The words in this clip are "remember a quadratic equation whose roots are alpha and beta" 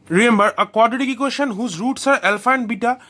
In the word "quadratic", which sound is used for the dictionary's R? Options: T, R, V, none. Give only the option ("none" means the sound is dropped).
none